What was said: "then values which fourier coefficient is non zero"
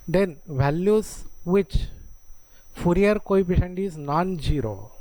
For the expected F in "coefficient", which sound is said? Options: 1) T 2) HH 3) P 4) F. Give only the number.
3